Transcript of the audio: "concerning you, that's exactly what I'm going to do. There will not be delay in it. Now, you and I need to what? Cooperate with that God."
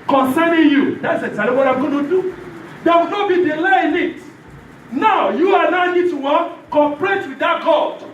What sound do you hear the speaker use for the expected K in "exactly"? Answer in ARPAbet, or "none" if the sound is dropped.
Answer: none